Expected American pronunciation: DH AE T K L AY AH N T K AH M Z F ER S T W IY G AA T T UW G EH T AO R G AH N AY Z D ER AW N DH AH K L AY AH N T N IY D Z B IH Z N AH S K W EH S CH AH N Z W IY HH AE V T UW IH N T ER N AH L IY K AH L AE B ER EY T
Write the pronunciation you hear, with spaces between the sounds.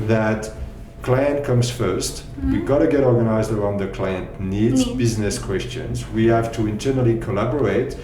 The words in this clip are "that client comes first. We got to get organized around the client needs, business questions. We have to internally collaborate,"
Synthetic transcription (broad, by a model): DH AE T K L AY AH N T K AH M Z F ER S T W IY G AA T T UW G EH T AO R G AH N AY Z D ER AW N DH AH K L AY AH N T N IY D Z B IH Z N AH S K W EH S CH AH N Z W IY HH AE V T UW IH N T ER N AH L IY K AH L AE B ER EY T